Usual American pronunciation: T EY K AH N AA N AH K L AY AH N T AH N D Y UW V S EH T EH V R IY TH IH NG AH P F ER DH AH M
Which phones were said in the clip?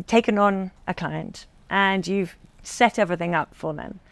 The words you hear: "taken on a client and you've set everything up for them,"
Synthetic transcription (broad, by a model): T EY K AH N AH N AH K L AY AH N T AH N Y UW V S EH T EH V R IY TH IH NG AH P F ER DH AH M